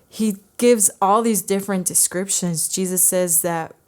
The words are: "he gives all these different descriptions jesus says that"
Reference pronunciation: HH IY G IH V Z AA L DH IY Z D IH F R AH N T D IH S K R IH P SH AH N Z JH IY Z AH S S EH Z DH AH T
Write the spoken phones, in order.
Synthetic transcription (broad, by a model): HH IY G IH V Z AA L DH IY Z D IH F R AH N D IH S K R IH P SH AH N Z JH IY Z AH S S EH Z DH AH T